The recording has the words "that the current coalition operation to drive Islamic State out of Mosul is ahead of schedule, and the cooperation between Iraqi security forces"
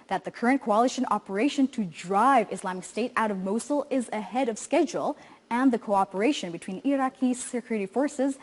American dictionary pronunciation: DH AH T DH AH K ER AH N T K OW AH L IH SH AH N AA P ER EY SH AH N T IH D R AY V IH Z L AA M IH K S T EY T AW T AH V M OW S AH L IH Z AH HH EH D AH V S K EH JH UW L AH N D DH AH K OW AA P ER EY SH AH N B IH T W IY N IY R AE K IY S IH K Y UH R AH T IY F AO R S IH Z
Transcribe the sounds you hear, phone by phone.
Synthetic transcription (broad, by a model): DH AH T DH AH K ER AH N K OW AH L IH SH AH N AA P ER EY SH AH N T IH D R AY V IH S L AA M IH K S T EY T AW T AH V M OW S L IH Z AH HH EH D AH V S K EH JH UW L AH N DH AH K OW AA P ER EY SH AH N B IH T W IY N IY R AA K IY S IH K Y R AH T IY F AO R S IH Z